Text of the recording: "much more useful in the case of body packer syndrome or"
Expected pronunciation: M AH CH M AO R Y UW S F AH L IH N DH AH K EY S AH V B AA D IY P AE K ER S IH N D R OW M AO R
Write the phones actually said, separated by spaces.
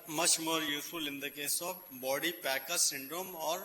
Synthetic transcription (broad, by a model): M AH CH M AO R Y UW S AH L IH N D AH K EY S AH F B AA D IY P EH K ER S IH N D R OW M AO R